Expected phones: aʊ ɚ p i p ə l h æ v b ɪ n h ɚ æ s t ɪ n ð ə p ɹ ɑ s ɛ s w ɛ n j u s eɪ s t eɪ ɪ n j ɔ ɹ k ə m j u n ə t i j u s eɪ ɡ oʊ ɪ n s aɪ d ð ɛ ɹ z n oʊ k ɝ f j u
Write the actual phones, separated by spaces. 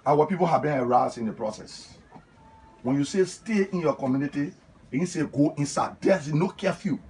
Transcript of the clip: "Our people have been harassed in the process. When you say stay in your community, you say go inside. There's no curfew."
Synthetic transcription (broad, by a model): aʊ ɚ p i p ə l h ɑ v b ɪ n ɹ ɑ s ɪ n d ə p ɹ ɑ s ɛ s w ɛ n j u s eɪ s t eɪ ɪ n j ɔ k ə m j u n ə t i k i s eɪ ɡ oʊ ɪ n s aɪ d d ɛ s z n oʊ k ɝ f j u